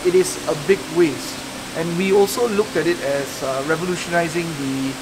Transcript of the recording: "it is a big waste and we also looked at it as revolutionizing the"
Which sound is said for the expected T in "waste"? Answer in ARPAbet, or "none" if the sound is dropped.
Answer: T